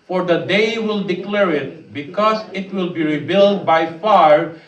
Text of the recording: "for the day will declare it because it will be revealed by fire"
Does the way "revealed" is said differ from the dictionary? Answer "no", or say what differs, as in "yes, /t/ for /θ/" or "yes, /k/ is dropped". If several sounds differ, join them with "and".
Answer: yes, /b/ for /v/